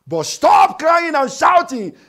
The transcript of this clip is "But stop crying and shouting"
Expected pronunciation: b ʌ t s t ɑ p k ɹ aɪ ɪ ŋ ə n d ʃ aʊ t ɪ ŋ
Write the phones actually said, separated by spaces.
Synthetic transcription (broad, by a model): b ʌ t s t ɑ p k l aɪ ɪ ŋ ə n ʃ aʊ t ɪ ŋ